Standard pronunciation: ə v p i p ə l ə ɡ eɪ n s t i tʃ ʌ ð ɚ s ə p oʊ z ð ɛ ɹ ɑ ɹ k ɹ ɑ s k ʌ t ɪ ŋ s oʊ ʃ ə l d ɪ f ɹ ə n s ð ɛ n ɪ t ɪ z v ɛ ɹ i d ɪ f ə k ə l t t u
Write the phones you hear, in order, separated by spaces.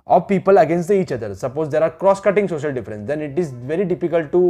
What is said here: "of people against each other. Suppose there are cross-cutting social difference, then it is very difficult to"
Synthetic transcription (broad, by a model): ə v p i p ə l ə ɡ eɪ n s t i tʃ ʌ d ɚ s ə p oʊ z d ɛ ɹ ɑ ɹ k ɹ ɑ s k ʌ t ɪ ŋ s oʊ ʃ ə l d ɪ f ɹ ə n s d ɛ n ɪ t ɪ z v ɛ ɹ i d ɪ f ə k ə l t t u